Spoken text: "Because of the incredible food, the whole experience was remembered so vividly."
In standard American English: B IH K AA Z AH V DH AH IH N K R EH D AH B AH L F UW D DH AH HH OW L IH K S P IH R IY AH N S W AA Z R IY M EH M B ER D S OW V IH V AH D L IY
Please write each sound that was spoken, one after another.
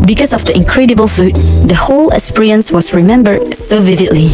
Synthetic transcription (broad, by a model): B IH K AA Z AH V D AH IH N K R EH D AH B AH L F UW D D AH HH OW L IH S P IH R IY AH N S W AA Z R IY M EH M B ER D S OW V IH V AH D L IY